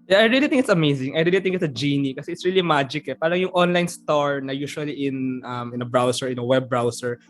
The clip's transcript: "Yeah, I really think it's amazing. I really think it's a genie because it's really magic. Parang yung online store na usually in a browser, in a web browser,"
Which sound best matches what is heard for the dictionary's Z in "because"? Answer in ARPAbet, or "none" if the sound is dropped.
none